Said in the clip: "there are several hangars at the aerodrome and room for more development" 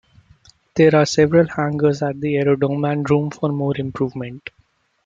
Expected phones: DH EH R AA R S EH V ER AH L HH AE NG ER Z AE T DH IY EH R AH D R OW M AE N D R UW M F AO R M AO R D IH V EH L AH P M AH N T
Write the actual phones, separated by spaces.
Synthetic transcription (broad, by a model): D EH R AA R S EH V ER AH L HH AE NG ER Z AE T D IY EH R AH D OW M AE N D R UW M F AO R M AO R D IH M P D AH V M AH N T